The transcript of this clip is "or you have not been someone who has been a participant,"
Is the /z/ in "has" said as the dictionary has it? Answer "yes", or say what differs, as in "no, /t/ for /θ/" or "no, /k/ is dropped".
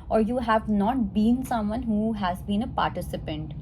yes